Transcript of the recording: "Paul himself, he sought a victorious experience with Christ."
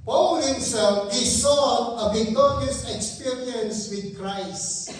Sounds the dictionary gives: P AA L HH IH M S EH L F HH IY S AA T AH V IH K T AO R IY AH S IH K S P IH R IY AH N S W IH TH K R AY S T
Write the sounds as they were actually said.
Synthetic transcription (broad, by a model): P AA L HH IH M S EH L F HH IY S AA AH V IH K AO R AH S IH K S P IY R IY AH N S W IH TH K R AY S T